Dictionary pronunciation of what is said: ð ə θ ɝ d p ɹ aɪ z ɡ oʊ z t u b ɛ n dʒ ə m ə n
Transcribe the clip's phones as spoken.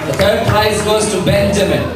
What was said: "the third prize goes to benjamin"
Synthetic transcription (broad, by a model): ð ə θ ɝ d p l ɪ s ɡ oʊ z t u b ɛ n dʒ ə m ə n